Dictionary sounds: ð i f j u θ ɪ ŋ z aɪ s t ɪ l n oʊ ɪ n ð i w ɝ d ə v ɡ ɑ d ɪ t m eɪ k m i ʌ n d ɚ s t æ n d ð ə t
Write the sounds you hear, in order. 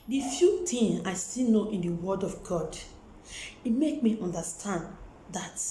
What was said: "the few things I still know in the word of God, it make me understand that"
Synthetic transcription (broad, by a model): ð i f j u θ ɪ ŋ aɪ s t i l n oʊ ɪ n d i w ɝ d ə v ɡ ɑ d ɪ t m eɪ k m i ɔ n d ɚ s t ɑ n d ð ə t